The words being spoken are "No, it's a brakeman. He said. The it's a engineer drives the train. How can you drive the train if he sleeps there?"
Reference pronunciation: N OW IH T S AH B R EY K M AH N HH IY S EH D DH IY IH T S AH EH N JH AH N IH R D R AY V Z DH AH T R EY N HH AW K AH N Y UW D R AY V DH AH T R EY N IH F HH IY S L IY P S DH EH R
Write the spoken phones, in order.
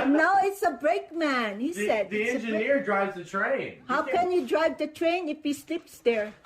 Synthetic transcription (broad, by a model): N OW IH T S AH B R EY K M AH N HH IY S EH D DH IY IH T EH N JH AH N IH R D R AY V Z DH AH T R EY N HH AW K AH N Y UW D R AY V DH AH T R EY N IH F HH IY S L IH P S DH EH R